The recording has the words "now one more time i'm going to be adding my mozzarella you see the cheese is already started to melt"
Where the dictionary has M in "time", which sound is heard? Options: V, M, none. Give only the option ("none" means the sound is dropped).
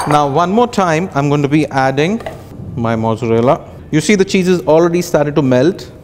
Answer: M